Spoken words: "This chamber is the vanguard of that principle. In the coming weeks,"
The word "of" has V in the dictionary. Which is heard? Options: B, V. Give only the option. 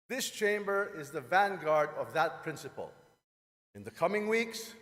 V